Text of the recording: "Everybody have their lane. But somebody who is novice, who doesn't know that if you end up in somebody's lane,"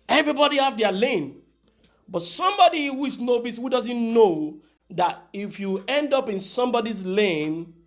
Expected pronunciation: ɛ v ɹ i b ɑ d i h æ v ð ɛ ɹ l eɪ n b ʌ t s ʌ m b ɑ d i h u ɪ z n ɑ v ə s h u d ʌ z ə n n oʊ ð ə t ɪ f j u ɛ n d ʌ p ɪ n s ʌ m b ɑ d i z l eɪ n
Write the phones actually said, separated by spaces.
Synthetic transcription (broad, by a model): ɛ v ɹ i b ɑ d i h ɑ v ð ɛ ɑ l eɪ n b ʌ t s ʌ m b ɑ d i h u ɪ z n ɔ b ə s h u d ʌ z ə n n oʊ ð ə t ɪ f j u ɛ n d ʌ p ɪ n s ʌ m b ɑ d i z l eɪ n